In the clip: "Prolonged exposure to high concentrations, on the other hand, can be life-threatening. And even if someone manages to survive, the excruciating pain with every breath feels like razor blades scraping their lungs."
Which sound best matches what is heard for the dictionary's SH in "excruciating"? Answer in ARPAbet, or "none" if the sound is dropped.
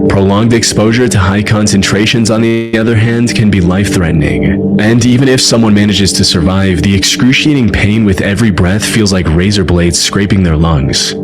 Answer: SH